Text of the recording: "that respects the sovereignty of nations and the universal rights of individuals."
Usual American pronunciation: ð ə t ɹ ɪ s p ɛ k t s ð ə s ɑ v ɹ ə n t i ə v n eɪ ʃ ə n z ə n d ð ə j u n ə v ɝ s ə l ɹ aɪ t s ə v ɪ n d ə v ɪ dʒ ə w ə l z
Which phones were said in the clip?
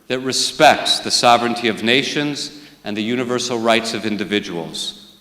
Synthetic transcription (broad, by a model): ð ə t ɹ ɪ s p ɛ k t s ð ə s ɑ v ɹ ə n t i ə v n eɪ ʃ ə n z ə n ð ə j u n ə v ɝ s l ɹ aɪ t s ə v ɪ n d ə v ɪ dʒ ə w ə l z